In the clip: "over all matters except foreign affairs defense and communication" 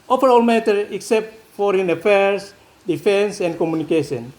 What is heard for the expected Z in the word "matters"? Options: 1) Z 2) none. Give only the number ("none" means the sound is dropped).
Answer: 2